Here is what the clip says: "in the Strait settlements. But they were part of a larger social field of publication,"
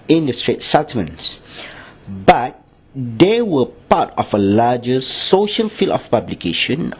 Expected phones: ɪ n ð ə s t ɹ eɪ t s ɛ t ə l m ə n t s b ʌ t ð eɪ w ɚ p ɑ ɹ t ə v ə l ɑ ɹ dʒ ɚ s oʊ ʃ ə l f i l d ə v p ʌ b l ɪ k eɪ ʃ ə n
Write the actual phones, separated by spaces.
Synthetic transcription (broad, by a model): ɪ n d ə s t ɹ eɪ t s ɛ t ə m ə n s b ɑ t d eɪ w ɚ p ɑ t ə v ə l ɑ dʒ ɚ s oʊ ʃ ə l f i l ə f p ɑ b l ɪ k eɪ ʃ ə n